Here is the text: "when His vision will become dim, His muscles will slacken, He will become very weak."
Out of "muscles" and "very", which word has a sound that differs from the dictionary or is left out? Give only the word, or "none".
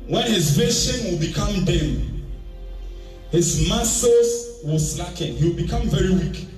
muscles